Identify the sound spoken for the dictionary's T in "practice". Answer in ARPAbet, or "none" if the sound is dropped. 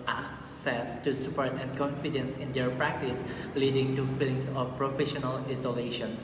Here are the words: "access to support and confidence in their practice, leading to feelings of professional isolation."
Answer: T